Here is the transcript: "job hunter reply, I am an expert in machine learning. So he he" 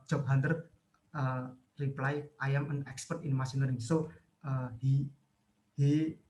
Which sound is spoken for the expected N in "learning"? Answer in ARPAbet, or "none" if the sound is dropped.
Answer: none